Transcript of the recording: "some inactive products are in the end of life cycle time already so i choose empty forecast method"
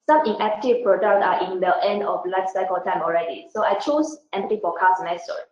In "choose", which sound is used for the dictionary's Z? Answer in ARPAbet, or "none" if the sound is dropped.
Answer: S